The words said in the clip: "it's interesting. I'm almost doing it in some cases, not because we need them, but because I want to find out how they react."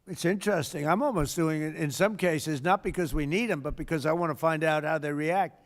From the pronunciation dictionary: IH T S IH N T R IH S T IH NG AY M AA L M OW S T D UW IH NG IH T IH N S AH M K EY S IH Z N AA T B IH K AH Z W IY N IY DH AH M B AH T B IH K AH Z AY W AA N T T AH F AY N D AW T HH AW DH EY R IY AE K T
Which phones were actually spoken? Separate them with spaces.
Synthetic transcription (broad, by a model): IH T S IH N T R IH S T IH NG AY M AA L M OW S D UW IH NG IH T IH N S AH M K EY S IH Z N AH T B IH K AH Z W IY N IY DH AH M B AH T B IH K AH Z AY W AA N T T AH F AY N D AW T HH AW DH EY R IY AE K T